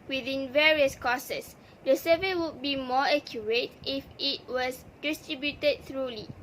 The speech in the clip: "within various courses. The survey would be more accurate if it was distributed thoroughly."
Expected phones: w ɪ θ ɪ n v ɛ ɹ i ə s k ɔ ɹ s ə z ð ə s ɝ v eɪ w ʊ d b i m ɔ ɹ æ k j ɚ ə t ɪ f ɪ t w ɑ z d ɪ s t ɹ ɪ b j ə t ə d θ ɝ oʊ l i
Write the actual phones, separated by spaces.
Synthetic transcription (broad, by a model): w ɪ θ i n v ɛ ɹ i ə s k ɔ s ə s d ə s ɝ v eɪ w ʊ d b i m ɔ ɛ k j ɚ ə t ɪ f ɪ t w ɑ s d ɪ s t ɹ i b j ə t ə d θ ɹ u l i